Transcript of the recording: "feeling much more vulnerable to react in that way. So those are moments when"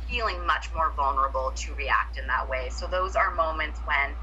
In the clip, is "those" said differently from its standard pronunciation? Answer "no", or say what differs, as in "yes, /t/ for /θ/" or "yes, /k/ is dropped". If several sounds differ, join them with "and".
no